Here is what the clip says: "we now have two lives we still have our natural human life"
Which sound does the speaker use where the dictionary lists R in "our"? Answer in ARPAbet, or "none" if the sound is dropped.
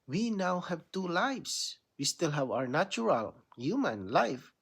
R